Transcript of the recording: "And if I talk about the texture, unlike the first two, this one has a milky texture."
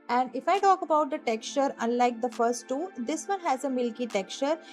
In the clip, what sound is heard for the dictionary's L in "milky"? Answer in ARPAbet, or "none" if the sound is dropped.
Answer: L